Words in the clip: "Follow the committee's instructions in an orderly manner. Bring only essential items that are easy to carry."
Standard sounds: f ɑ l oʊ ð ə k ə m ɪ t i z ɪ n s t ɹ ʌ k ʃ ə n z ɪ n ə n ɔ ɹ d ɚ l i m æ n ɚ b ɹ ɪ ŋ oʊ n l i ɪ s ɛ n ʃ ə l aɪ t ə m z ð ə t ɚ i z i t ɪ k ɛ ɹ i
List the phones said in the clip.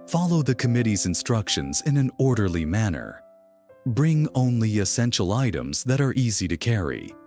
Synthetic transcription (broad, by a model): f ɑ l oʊ ð ə k ə m ɪ t i z ɪ n s t ɹ ʌ k ʃ ə n z ɪ n ə n ɔ ɹ d ɚ l i m æ n ɚ b ɹ ɪ ŋ oʊ n l i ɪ s ɛ n ʃ l aɪ t ə m z ð ə t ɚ i z i t ɪ k ɛ ɹ i